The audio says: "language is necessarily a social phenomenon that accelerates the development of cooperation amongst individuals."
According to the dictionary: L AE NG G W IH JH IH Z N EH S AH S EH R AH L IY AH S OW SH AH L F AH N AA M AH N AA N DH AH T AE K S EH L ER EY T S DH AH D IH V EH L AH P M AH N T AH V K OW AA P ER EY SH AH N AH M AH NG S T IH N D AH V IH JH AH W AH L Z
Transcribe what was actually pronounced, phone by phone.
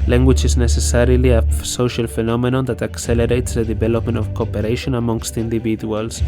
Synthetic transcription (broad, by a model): L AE NG G W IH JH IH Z N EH S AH S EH R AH L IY AH S OW SH AH L F AH N AA M AH N AA N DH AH T AE K S EH L ER EY T S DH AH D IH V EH L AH P M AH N T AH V K OW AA P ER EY SH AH N AH M AH NG S T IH N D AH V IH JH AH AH L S